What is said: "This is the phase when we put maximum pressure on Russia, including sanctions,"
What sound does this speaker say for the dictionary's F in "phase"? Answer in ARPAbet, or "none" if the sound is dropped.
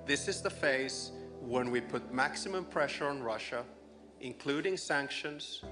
F